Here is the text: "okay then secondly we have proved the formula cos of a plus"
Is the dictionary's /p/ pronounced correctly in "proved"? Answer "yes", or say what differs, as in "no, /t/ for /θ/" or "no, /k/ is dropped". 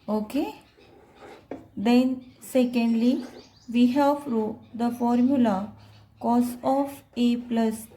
no, /f/ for /p/